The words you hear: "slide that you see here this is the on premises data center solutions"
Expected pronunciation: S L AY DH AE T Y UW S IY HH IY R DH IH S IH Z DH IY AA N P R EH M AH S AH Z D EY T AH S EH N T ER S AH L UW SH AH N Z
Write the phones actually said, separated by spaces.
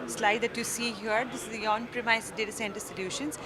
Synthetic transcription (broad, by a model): S L AY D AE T Y UW S IY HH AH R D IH S IH Z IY AA N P R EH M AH AH S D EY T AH S EH N T ER S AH L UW SH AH N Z